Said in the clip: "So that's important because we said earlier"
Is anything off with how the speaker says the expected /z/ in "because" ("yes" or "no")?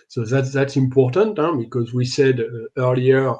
no